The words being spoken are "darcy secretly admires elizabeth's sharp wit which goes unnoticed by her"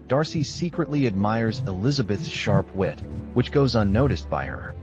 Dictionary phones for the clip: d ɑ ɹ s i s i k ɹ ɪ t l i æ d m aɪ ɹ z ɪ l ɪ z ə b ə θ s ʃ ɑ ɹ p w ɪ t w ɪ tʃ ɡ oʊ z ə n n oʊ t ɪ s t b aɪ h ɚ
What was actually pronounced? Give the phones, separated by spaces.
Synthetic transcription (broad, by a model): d ɑ ɹ s i s i k ɹ ɪ t l i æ d m aɪ ɹ z ɪ l ɪ z ə b ə θ s ʃ ɑ ɹ p w ɪ t w ɪ tʃ ɡ oʊ z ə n n oʊ t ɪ s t b aɪ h ɚ